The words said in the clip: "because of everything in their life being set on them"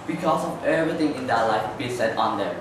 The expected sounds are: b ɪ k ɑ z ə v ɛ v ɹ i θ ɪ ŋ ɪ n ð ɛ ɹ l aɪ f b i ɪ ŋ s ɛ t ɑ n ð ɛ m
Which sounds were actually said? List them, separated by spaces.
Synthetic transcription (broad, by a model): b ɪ k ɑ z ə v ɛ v ɹ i t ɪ ŋ ɪ n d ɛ l aɪ f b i s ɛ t ɑ n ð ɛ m